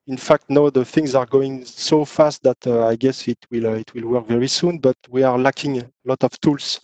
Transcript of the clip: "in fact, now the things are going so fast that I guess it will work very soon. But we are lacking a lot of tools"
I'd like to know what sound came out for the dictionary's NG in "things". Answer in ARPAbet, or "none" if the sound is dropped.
NG